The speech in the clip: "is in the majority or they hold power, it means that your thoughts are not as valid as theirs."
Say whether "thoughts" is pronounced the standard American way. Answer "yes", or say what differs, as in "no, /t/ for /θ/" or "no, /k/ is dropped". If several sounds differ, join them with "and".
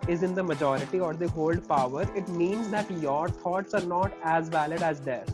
no, /t/ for /θ/